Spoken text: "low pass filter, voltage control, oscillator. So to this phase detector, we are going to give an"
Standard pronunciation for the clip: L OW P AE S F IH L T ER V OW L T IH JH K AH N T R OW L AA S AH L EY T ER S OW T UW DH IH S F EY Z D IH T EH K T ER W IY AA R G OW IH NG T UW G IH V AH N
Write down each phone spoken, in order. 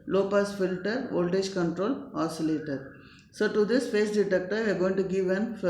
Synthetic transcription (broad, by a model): L OW P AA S F IH L T ER V OW L T IH JH K AH N T R OW L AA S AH L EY T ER S OW T UW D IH S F EY S D IH T EH K T ER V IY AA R G OW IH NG T UW G IH V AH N